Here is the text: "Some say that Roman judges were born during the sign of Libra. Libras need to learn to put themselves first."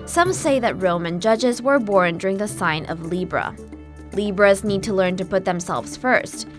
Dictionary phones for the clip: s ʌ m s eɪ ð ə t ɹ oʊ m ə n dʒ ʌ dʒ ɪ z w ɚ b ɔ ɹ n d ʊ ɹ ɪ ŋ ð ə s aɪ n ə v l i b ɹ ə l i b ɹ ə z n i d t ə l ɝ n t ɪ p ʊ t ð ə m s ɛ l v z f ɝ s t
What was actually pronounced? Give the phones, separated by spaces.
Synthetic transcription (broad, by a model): s ʌ m s eɪ ð ə t ɹ oʊ m ə n dʒ ʌ dʒ ɪ z w ɚ b ɔ ɹ n d ʊ ɹ ɪ ŋ ð ə s aɪ n ə v l i b ɹ ə l i b ɹ ə z n i d t ə l ɝ n t ɪ p ʊ t ð ə m s ɛ l v z f ɝ s t